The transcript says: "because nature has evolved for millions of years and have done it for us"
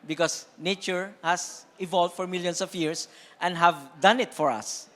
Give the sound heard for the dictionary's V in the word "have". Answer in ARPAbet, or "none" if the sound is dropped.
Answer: V